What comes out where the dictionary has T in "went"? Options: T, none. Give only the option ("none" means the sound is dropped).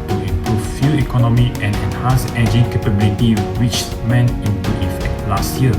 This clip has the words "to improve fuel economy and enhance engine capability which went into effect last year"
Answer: none